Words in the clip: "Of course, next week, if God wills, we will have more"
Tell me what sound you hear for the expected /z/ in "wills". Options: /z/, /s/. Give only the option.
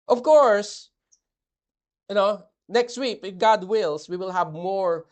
/s/